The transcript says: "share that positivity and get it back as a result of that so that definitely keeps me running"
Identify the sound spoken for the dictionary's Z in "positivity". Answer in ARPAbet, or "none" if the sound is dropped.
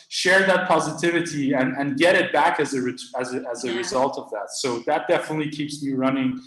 Z